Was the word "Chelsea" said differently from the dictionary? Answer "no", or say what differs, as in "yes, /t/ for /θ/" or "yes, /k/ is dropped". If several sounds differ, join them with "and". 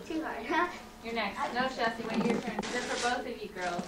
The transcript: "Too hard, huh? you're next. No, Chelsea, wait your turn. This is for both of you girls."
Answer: yes, /l/ is dropped